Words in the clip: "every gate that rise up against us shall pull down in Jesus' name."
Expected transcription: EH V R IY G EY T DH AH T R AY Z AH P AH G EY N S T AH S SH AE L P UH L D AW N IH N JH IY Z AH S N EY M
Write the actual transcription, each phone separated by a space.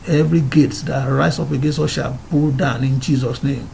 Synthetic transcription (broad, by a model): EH V R IY G EY T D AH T R AY S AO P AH G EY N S AO SH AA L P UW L D AW N IH N JH IY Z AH S N EY M